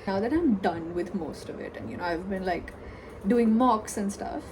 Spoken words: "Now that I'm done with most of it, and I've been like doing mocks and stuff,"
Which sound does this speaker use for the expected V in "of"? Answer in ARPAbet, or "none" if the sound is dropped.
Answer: V